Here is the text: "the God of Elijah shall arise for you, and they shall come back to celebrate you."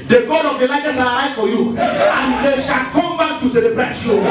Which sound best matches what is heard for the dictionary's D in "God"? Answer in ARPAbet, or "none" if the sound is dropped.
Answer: D